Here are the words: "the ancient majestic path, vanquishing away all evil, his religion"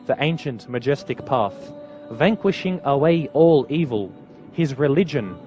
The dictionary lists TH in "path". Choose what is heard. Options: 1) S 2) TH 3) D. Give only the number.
2